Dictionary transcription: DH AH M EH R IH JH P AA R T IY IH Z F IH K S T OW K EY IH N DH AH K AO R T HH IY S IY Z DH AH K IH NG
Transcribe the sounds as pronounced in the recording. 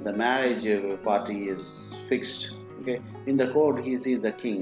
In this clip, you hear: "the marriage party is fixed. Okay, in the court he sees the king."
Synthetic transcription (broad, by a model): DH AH M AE R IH JH P AA R T IY IH Z F IH K S T OW K EY IH N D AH K AO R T HH IY S IY Z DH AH K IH NG